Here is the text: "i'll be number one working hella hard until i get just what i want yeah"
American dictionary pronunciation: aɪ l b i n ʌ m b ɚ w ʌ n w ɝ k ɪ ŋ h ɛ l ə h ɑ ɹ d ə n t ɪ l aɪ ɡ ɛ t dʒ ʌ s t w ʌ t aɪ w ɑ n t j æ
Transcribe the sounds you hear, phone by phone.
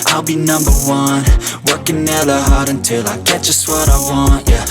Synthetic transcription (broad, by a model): aɪ l b i n ʌ m b ɚ w ʌ n w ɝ k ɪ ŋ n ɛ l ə h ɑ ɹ d ə n t ɪ l aɪ ɡ ɛ t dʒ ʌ s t w ʌ t aɪ w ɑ n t j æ